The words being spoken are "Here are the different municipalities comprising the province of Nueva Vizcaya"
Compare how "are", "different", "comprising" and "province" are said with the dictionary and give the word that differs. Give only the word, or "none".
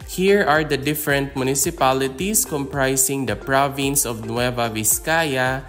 comprising